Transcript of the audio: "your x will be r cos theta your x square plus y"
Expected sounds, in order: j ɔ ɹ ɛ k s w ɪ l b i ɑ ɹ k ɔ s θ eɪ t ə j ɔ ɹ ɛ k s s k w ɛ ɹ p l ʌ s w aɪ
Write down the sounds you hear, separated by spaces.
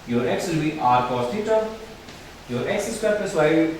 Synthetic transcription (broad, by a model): j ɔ ɹ ɛ k s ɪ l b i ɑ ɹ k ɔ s t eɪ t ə j ɔ ɹ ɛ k s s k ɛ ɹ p ʌ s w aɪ